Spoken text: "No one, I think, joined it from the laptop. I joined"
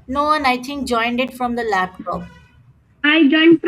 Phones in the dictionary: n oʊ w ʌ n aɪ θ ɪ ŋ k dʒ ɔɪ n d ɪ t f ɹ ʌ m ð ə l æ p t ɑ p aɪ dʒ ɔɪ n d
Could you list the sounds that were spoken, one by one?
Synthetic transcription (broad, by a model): n oʊ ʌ n aɪ t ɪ ŋ k dʒ ɔɪ n d ɪ t f ɹ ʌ m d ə l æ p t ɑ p aɪ dʒ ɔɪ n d